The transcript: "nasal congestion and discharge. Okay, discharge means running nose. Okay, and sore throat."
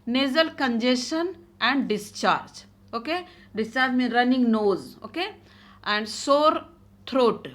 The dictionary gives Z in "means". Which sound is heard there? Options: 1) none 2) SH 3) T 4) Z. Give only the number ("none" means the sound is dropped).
1